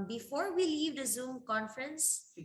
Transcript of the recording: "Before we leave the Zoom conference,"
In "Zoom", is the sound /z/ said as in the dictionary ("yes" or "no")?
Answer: yes